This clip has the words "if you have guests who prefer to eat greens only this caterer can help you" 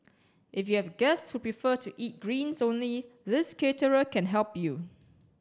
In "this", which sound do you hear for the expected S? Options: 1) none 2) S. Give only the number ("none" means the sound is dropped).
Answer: 2